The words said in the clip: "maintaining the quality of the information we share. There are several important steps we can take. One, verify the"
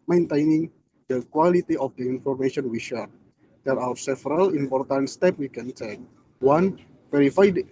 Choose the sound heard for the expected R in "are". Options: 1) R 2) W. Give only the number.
2